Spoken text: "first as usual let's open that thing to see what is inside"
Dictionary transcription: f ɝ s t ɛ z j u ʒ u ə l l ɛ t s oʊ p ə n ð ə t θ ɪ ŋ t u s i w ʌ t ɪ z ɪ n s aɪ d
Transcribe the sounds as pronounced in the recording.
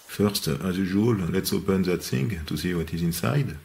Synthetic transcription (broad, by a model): f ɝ s t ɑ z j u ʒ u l l ɛ t s oʊ p ə n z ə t s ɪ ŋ t u s i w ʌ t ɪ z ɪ n s aɪ d